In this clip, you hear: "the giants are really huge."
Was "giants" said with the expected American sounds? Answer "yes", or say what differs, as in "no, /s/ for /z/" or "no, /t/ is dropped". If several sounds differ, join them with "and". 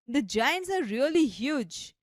yes